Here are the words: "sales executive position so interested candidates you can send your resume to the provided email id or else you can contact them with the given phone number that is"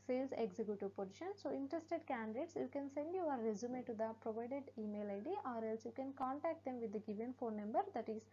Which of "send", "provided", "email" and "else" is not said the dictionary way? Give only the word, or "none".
none